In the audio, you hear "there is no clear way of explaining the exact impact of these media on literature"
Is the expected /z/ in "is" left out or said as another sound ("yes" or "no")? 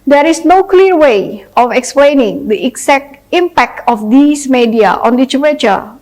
yes